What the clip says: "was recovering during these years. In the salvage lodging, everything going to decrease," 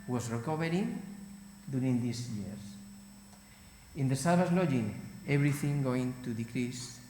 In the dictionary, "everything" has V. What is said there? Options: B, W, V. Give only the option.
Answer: B